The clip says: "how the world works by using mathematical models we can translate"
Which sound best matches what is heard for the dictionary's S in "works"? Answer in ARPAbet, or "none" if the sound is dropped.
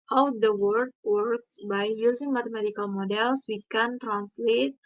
S